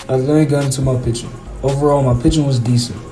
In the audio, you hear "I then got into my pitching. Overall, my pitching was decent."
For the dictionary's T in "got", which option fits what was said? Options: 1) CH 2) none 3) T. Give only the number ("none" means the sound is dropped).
2